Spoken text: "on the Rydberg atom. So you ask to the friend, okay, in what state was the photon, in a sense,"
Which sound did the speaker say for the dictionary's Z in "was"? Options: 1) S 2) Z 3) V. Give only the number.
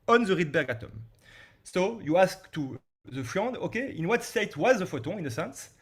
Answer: 2